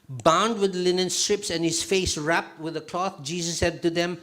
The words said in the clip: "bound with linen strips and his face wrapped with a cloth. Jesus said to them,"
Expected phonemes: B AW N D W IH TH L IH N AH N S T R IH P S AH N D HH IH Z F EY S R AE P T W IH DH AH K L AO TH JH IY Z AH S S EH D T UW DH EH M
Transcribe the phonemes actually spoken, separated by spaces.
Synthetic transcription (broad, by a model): B AW N D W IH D L IH N AH N S T R IH P S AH N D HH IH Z F EY S R AE P T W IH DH AH K L AO TH JH IY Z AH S S EH D T UW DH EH M